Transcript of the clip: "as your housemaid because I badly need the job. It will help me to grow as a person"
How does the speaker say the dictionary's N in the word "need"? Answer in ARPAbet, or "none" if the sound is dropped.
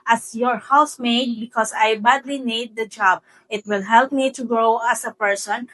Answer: N